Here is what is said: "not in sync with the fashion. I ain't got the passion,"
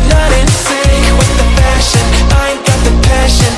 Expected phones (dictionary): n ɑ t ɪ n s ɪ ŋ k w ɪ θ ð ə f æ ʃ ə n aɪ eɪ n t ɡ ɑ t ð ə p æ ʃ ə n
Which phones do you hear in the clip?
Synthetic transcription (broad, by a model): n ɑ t ɪ n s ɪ w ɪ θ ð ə p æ ʃ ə n aɪ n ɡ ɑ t ð ə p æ ʃ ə n